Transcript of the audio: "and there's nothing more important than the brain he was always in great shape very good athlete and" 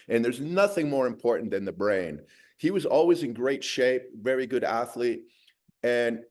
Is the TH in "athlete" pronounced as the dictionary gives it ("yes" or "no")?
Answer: yes